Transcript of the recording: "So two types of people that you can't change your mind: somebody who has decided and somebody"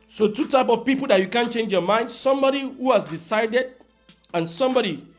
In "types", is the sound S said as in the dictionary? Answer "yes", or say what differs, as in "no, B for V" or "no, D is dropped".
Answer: no, S is dropped